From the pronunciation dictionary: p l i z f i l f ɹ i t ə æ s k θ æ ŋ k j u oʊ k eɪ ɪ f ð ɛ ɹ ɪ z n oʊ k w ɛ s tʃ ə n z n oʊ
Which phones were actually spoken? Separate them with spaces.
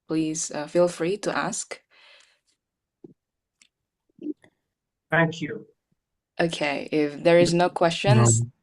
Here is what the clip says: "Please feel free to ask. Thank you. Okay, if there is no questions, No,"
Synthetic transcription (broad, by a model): p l i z f i l f ɹ i t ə æ s k θ æ ŋ k j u oʊ k eɪ ɪ f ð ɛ ɹ ɪ z n oʊ k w ɛ s tʃ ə n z